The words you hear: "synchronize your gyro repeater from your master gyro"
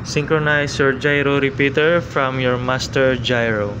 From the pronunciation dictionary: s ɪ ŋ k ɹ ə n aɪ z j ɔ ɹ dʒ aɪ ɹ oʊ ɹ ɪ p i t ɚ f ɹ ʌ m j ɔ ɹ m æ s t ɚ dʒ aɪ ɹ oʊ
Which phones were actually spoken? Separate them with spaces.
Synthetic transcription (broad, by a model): s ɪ ŋ k ɹ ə n aɪ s j ɔ ɹ dʒ aɪ ɹ oʊ ɹ ɪ p i t ɚ f ɹ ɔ m j ɔ ɹ m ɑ s t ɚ dʒ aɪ ɹ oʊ